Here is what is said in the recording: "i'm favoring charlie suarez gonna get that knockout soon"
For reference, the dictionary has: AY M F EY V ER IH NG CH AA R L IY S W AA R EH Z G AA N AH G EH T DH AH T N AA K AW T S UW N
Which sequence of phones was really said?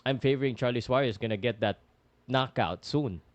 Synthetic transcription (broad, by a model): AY M F EY V ER IH NG CH AA R L IY S W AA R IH S G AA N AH G EH T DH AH T N AA K AW T S UW N